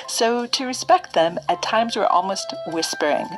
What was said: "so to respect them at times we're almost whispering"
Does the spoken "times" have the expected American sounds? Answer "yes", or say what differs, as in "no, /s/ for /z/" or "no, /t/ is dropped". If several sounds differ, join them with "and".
yes